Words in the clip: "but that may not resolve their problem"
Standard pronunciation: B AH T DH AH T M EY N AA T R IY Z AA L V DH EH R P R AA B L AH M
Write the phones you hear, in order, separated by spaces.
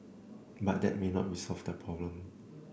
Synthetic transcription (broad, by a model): B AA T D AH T M EY N AA T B IY S AA L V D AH P R AA B L AH M